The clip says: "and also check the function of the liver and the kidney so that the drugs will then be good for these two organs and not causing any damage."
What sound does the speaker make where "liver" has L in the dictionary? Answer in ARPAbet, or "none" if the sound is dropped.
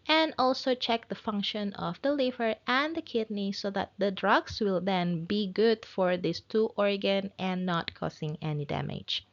L